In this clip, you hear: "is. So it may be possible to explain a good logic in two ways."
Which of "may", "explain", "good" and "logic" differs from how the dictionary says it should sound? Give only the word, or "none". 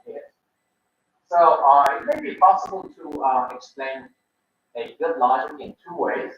logic